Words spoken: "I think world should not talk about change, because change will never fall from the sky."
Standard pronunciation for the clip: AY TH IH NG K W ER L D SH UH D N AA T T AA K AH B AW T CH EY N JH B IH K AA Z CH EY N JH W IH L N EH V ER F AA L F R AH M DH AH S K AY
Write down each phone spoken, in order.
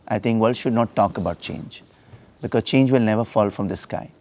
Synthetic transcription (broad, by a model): AY T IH NG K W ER L SH UH D N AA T T AA K AH B AW T CH EY N JH B IH K AA Z CH EY N JH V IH L N EH V ER F AA L F R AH M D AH S K AY